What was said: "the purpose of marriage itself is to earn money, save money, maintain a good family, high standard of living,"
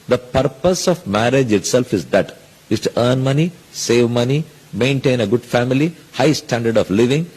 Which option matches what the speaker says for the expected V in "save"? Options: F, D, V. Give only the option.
V